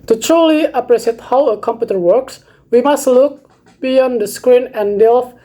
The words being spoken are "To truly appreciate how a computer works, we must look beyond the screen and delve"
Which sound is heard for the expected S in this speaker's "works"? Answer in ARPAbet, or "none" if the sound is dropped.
S